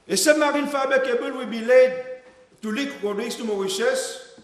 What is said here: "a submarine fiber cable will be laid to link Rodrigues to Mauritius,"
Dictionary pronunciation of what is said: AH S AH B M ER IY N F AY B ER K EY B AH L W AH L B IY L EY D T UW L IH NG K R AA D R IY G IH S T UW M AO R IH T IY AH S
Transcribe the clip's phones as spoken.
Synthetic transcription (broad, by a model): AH S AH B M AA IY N F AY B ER K EY B AH L W AH L B IY L EY D T UW L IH K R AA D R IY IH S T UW M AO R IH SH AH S